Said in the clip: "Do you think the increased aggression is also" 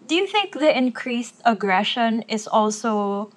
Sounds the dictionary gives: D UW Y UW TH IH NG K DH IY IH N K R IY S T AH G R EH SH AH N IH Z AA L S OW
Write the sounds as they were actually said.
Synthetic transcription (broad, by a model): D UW Y UW TH IH NG K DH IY IH N K R IY S T AH G R EH SH AH N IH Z AA L S OW